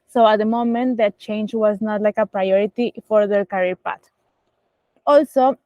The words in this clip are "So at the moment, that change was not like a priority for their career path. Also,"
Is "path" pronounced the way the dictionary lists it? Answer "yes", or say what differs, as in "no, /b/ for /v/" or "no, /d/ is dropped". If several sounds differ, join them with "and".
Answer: no, /t/ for /θ/